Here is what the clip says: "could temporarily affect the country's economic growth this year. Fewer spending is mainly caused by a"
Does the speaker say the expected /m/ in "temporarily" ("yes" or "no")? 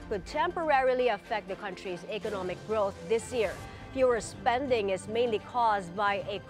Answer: yes